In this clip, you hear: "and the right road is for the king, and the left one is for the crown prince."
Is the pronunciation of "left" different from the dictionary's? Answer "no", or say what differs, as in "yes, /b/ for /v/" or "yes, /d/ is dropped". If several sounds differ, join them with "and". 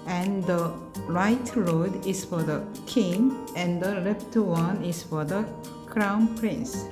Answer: yes, /p/ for /f/